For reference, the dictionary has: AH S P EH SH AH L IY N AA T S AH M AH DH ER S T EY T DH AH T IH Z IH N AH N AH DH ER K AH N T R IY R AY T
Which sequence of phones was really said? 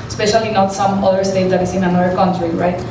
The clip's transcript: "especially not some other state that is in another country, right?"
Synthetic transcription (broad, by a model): S P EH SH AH L IY N AA T S AH M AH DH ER S T EY T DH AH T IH S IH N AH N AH ER K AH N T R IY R AY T